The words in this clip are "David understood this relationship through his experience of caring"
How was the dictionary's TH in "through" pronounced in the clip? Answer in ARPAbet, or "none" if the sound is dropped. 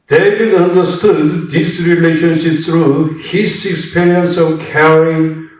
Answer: S